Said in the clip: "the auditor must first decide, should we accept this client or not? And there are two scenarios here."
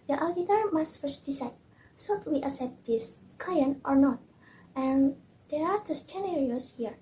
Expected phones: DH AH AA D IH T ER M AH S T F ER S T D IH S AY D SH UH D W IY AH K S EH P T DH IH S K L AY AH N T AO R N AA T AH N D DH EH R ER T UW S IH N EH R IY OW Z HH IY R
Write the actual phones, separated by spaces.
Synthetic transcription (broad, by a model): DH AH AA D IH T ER M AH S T F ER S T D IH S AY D S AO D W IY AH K S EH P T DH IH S K L AY AH N T AO R N AA T AH N D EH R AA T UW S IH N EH R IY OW S HH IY R